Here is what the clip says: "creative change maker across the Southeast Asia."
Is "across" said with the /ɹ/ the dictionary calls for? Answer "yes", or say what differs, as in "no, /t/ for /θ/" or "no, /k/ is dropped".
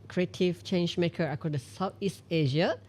no, /ɹ/ is dropped